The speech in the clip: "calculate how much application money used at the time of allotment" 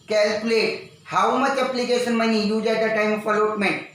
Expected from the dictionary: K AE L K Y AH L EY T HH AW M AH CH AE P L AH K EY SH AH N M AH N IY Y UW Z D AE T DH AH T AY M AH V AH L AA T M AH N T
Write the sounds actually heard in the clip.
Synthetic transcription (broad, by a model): K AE L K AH L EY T HH AW M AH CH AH P L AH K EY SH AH N M AH N IY Y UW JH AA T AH T AY M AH P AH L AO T M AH N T